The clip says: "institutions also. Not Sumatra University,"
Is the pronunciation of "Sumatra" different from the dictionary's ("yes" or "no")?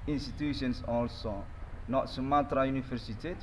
no